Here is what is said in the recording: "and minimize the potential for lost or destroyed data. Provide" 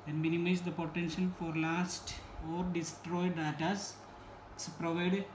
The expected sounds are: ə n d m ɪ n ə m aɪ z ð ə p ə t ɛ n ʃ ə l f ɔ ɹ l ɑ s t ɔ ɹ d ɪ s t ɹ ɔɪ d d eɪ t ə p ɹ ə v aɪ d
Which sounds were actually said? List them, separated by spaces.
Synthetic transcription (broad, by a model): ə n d m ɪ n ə m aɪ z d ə p ə t ɛ n ʃ ə l f ɔ ɹ l ɑ s t ɔ ɹ d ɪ s t ɹ ɔɪ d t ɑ s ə p ɹ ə v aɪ d